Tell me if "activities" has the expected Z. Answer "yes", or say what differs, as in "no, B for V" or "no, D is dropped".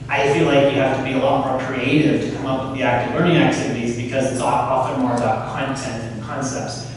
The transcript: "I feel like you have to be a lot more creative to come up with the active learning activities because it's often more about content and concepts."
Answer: yes